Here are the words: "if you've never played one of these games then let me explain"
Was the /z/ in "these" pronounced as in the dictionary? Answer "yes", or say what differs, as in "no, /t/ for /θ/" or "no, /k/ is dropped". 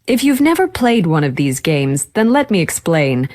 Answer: yes